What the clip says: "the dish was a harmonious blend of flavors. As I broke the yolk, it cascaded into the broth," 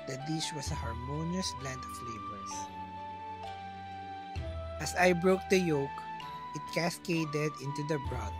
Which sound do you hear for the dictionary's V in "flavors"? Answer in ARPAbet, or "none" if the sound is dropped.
B